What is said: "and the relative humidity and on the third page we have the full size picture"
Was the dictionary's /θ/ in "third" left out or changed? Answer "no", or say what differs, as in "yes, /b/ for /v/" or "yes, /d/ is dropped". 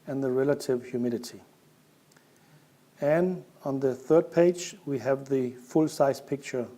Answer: no